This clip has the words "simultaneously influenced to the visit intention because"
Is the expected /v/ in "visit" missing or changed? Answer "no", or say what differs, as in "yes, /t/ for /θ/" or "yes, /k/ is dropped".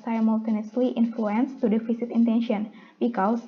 yes, /f/ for /v/